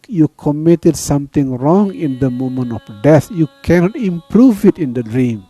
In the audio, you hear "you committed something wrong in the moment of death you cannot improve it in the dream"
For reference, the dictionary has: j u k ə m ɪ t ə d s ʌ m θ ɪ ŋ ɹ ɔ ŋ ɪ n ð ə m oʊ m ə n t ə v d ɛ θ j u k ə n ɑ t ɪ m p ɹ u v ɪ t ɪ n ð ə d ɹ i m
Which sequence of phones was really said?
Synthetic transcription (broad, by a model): j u k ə m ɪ t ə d s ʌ m t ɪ ŋ ɹ ɔ ŋ ɪ n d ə m oʊ m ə n ə f d ɛ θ j u k ə n ɑ t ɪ m p ɹ u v ɪ t ɪ n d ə d ɹ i m